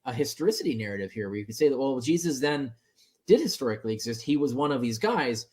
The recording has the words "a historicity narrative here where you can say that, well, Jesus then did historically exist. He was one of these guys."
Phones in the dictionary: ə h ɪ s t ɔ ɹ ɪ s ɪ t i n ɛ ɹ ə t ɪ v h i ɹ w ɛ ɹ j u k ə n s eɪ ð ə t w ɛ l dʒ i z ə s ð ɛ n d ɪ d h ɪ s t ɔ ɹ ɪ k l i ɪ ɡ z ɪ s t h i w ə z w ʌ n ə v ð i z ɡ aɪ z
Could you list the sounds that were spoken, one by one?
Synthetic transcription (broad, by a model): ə h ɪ s t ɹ ɪ s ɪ t i n ɛ ɹ ə t ɪ v h i ɹ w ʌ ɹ j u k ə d s eɪ ð ə t w ɛ l dʒ i z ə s ð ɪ n d ɪ d h ɪ s t ɔ ɹ ɪ k l i ɪ ɡ z ɪ s t h i w ə z w ʌ n ə v ð i z ɡ aɪ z